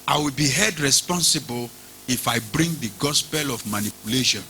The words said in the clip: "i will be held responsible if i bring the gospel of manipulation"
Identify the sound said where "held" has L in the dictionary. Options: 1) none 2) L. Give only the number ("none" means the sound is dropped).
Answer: 1